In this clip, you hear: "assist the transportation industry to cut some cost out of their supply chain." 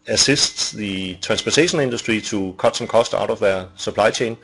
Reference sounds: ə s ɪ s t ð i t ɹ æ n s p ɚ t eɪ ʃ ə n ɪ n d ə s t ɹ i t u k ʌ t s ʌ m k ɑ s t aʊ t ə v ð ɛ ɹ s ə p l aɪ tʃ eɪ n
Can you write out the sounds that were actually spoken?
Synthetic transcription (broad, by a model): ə s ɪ s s ð i s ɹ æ n s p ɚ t eɪ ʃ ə n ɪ n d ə s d ɹ i s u k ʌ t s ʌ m k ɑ s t aʊ t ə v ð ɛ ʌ s ə p l aɪ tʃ eɪ n